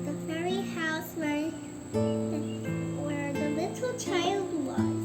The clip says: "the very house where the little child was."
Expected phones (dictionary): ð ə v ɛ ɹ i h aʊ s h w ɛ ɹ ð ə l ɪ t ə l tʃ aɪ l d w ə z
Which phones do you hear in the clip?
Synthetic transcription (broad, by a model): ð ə f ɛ ɹ i h aʊ s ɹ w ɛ ɹ ð ə l ɪ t l tʃ aɪ l d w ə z